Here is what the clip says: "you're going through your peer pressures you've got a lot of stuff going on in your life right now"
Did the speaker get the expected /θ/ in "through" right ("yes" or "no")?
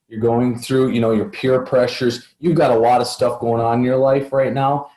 yes